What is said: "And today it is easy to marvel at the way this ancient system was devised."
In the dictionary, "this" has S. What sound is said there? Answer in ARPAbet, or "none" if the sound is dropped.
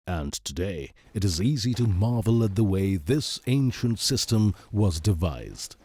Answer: S